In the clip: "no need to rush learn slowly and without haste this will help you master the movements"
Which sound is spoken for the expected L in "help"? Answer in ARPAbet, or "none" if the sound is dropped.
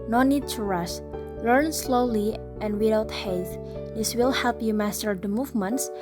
L